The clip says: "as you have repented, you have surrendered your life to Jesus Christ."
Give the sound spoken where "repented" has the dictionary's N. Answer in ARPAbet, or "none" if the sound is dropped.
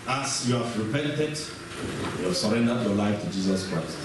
N